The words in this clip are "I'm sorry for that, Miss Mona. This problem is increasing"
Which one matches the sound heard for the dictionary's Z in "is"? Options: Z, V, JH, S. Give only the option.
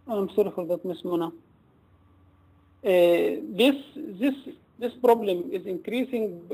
Z